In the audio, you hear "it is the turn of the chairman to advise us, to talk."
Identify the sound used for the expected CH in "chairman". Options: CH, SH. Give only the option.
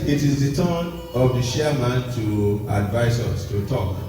SH